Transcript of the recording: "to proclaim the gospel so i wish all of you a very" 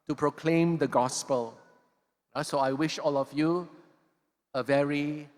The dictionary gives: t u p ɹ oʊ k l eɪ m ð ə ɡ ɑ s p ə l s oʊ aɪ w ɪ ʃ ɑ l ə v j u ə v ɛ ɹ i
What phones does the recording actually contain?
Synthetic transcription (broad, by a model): t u p ɹ oʊ k l eɪ m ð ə ɡ ɑ s p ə l s oʊ aɪ w ɪ ʃ ɑ l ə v j u ə v ɛ ɹ i